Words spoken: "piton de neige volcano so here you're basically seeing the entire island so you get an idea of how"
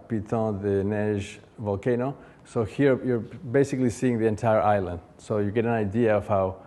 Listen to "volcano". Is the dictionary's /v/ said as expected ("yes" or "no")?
yes